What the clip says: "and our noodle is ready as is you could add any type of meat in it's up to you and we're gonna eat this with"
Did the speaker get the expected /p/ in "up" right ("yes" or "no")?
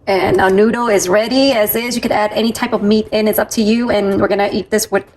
yes